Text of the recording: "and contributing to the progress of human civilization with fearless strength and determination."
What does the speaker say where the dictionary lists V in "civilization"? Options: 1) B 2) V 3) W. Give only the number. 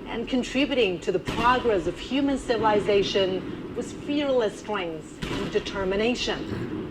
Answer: 2